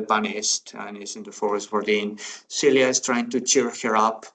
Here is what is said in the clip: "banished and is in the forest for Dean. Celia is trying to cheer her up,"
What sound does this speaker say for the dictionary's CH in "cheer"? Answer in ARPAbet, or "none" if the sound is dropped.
CH